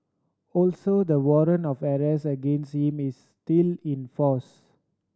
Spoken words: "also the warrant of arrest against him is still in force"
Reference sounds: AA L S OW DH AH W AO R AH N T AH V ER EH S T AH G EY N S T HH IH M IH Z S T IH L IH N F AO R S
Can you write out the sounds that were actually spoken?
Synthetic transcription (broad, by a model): AA L S OW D AH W AO R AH N AH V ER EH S AH G EY N S T HH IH M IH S T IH L IH N F AO S